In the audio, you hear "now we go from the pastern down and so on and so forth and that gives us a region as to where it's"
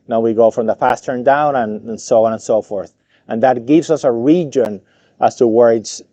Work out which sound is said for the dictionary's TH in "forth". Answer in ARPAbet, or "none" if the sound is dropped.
TH